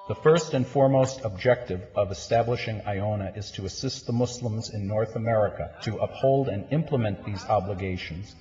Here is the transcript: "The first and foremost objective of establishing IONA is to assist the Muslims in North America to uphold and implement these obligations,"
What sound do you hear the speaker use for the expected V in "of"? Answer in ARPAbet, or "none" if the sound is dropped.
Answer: V